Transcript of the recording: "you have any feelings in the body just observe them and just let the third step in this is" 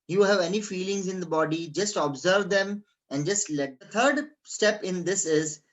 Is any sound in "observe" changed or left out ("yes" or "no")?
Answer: no